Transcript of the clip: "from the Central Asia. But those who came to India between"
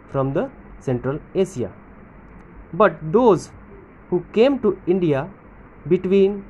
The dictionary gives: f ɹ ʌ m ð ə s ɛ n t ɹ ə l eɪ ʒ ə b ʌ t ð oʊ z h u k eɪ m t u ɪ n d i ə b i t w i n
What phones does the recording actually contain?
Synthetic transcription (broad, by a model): f ɹ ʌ m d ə s ɛ n t ɹ ə l eɪ s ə b ʌ t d oʊ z h u k eɪ m t u ɪ n d i ə b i t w i n